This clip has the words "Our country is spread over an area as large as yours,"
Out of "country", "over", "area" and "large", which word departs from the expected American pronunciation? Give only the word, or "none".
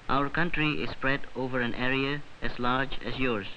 none